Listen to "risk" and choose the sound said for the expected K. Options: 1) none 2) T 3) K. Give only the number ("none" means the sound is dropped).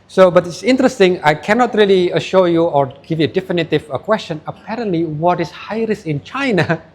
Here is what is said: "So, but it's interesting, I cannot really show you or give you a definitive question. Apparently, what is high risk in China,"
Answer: 1